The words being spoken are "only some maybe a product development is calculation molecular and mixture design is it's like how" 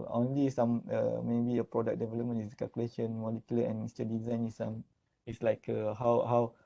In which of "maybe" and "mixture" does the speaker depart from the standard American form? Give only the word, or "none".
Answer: mixture